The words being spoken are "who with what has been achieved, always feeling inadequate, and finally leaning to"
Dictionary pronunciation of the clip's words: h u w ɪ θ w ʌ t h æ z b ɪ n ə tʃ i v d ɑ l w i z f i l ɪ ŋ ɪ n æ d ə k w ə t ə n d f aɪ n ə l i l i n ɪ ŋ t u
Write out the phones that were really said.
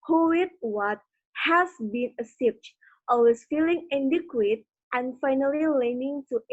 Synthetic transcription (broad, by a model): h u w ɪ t w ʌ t h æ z b ɪ n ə s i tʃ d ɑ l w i s f i l ɪ ŋ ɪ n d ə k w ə t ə n f aɪ n ə l i l i n ɪ ŋ t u